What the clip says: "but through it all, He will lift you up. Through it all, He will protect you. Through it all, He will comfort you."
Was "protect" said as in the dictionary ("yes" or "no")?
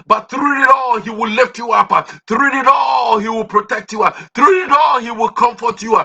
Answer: yes